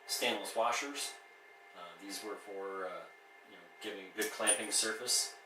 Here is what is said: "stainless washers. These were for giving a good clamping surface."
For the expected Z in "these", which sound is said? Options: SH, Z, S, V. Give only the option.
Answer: Z